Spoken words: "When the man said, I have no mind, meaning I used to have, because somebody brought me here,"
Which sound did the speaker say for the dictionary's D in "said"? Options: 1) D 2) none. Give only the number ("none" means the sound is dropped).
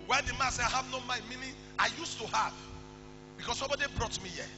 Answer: 2